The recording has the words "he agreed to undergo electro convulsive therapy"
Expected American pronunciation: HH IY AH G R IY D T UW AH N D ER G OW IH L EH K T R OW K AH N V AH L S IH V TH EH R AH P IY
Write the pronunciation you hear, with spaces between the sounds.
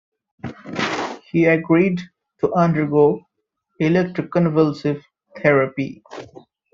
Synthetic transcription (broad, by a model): HH IY AH G R IY D T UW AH N D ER G OW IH L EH K T R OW K AH N V AH L S IH V T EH R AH P IY